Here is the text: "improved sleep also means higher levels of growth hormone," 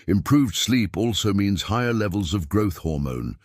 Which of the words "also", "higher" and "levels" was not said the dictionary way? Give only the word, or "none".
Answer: none